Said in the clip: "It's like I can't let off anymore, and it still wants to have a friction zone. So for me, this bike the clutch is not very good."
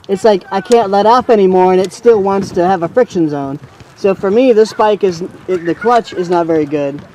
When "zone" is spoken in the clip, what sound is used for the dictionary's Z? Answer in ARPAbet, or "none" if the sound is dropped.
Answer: Z